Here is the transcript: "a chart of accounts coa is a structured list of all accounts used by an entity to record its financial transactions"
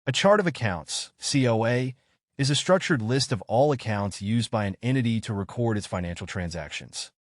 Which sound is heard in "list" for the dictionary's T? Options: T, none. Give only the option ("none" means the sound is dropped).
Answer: T